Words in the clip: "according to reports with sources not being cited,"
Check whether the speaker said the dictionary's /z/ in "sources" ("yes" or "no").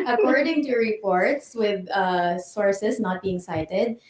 no